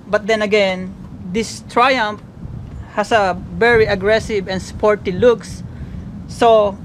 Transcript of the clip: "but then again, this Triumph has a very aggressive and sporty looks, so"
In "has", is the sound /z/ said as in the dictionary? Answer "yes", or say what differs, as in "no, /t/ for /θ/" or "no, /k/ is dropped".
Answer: no, /s/ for /z/